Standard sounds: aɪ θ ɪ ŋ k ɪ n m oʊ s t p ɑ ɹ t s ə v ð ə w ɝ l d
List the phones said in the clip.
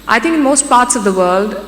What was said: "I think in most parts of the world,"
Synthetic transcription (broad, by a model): aɪ t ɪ ŋ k ɪ n m oʊ s t p ɑ ɹ t s ə v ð ə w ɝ l d